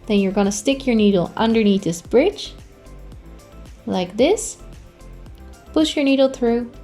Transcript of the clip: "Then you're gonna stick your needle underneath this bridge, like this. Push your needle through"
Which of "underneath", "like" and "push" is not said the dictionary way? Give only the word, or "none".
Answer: none